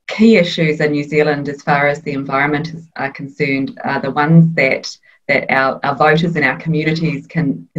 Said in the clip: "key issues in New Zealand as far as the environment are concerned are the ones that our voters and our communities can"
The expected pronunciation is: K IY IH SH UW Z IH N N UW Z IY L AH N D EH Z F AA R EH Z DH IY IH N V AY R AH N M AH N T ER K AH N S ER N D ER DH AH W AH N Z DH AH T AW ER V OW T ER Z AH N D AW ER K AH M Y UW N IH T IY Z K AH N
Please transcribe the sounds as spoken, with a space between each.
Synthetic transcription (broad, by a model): K IY IH SH UW Z IH N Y UW Z IY L AH N D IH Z F AA R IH Z DH IY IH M V AY R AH N M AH N T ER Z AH N S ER N D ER DH AH W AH N Z DH AH T AW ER V OW T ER Z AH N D AW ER K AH M Y UW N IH T IY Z K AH N